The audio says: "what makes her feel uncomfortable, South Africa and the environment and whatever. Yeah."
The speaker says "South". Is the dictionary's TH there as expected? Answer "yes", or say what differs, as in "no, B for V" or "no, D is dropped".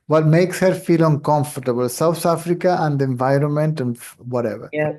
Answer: no, T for TH